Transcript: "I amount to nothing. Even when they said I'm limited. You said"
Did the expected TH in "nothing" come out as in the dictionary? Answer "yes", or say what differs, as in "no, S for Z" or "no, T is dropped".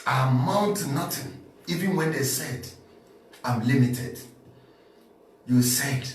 no, T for TH